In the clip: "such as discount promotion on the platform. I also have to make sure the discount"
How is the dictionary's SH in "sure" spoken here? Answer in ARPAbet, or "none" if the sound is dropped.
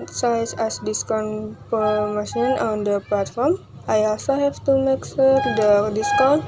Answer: S